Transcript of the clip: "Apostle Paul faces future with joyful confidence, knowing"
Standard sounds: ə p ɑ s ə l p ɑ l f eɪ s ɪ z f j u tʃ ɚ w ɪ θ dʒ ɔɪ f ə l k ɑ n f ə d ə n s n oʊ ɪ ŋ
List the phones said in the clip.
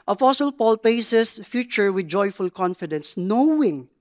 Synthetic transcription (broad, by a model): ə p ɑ s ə l p ɑ l p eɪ s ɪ s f j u tʃ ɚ w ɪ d dʒ ɔɪ f ə l k ɑ n f ə d ə n s n oʊ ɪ ŋ